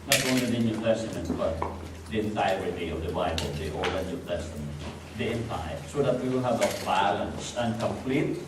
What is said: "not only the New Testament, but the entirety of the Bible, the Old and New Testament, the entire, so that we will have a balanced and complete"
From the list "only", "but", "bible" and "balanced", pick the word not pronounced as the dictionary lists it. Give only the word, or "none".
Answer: balanced